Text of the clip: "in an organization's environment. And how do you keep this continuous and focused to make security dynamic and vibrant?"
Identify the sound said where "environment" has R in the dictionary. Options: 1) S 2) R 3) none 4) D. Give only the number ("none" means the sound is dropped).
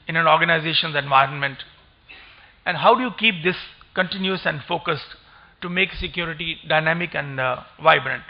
2